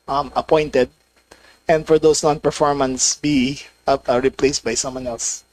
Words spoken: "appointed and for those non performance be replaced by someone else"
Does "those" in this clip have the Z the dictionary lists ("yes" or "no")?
no